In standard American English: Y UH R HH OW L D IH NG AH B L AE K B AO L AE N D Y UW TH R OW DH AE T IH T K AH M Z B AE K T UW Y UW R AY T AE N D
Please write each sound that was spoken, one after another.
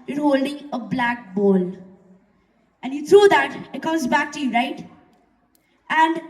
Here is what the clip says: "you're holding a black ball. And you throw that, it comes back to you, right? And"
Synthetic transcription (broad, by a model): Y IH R HH OW L D IH NG AH B L AE K B AO L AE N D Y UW T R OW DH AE T IH T K AH M Z B AE K T UW Y UW R AY T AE N D